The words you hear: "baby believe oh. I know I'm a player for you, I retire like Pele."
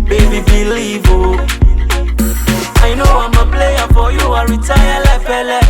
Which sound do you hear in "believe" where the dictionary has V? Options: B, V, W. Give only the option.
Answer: B